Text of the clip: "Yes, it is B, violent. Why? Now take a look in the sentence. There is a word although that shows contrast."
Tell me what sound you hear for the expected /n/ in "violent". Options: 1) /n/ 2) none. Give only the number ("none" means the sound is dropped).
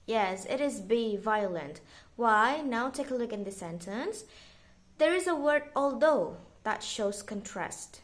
1